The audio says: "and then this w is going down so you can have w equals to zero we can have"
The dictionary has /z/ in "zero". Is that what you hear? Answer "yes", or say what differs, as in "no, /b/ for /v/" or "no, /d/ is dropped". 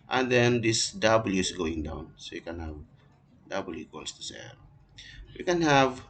no, /s/ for /z/